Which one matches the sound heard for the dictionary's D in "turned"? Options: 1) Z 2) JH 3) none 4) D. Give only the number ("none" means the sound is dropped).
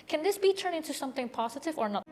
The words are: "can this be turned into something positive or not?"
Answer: 3